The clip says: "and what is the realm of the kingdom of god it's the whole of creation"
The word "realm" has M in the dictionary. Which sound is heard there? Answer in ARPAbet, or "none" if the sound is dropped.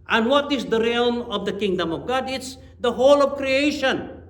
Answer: M